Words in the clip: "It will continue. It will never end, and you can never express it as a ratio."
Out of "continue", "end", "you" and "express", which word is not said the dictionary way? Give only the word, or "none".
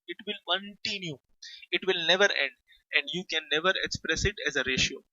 none